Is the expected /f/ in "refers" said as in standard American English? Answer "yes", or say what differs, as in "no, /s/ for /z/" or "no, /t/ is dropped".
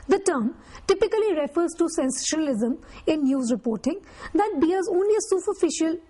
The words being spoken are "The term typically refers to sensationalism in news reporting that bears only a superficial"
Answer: yes